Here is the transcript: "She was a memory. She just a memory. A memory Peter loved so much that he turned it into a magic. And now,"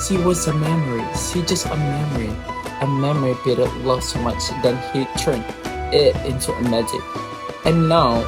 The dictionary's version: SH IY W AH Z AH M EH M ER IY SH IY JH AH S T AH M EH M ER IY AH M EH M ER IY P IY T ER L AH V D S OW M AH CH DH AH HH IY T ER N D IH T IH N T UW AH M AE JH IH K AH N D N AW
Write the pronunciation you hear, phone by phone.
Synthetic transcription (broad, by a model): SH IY W AH Z AH M EH M ER IY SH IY JH AH S T AH M EH M ER IY AH M EH M ER IY B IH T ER L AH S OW M AH CH DH AH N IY T ER N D IH T IH N T UW AH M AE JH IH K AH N N AW